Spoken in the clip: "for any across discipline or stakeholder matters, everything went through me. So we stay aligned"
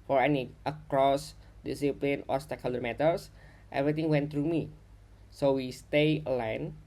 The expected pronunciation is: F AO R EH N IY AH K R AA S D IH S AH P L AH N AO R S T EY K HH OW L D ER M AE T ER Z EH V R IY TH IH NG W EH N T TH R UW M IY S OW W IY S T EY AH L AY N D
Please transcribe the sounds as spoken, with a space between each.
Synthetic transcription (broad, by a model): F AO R EH N IY AH K R AA S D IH S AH P L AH N AO R S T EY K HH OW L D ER M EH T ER S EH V R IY T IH NG W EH N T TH R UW M IY S OW W IY S T EY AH L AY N